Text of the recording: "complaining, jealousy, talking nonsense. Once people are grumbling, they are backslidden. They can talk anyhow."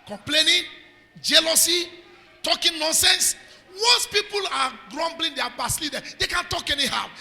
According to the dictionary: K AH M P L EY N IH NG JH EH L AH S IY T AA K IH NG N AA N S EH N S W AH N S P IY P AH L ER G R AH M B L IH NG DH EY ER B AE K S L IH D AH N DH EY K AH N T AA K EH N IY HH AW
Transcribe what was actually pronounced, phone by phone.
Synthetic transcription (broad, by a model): K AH M P L EY N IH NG JH EH L AH S IY T AA K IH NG N AA N S EH N S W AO S P IY P AH L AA G R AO M B L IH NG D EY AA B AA S L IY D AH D EY K AH N T AA K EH N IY HH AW